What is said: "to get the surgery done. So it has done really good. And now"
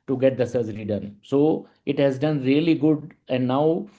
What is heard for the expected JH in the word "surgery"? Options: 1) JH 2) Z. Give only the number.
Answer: 2